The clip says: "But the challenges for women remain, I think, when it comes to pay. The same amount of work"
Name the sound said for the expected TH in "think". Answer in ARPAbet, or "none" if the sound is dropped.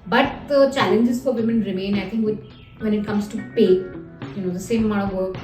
T